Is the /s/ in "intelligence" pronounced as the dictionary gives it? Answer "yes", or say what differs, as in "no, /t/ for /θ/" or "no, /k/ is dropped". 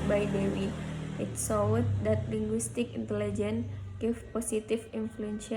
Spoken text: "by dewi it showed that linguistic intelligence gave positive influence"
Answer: no, /s/ is dropped